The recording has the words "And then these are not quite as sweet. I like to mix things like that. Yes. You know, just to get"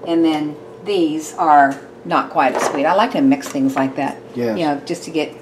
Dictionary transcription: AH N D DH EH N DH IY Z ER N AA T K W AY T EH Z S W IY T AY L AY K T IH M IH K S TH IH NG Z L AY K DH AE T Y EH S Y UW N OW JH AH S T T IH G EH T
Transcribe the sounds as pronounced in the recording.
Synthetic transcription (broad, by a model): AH N DH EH N DH IY Z ER N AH T K W AY T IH S W IY T AY L AY K T IH M IH K S TH IH NG Z L AY K DH AE T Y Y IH N OW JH AH S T T IH G EH T